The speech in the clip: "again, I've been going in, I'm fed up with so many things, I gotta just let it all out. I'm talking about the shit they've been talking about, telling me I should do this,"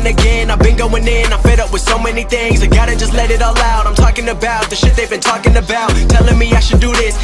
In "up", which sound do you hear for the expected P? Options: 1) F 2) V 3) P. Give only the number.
3